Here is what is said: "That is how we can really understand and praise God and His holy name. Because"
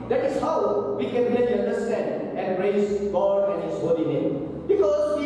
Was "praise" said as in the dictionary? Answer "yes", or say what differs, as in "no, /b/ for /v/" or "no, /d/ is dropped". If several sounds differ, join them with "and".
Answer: no, /s/ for /z/